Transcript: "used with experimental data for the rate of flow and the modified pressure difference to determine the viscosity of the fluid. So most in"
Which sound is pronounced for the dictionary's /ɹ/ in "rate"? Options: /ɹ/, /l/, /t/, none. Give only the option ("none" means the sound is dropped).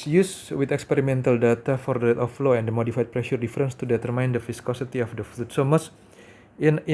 /l/